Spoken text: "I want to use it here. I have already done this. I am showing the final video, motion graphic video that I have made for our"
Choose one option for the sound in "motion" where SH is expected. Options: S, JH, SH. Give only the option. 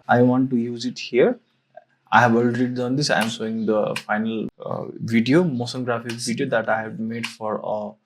S